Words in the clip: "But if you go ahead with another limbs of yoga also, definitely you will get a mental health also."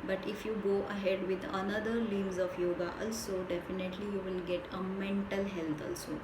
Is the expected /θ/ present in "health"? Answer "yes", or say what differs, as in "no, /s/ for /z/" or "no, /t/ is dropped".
no, /t/ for /θ/